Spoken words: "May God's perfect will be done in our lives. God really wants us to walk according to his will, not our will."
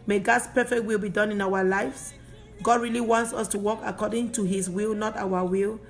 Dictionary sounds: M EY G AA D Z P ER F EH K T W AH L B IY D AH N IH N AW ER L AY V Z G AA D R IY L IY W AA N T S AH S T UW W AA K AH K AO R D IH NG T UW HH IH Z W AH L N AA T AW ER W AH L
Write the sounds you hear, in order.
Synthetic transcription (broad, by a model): M EY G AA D S P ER F EH K T W AH L B IY D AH N IH N AW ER L AY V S G AA D R IY L IY W AA N T S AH S T UW W AA K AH K AO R D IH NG T UW HH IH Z W AH L N AA T AW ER W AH L